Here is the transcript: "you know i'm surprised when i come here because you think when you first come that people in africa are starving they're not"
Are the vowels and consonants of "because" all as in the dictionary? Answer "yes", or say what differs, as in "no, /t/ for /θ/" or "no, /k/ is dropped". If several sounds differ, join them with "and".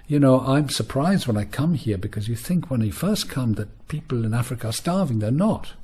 yes